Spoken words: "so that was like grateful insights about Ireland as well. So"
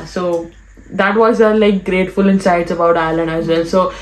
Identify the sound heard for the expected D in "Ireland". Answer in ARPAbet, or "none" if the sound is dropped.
none